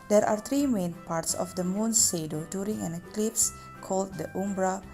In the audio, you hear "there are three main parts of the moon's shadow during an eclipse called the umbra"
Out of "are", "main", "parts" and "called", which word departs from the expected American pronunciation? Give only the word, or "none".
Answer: none